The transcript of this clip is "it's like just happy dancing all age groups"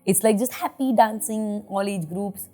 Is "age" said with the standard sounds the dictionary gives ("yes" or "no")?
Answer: yes